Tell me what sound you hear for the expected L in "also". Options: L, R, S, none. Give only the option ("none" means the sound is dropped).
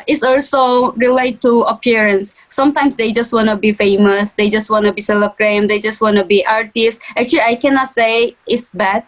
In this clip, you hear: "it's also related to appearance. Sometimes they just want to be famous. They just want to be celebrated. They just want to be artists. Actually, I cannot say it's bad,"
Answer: L